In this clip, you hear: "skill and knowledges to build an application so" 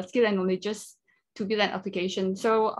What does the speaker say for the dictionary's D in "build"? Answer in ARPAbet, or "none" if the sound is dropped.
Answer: none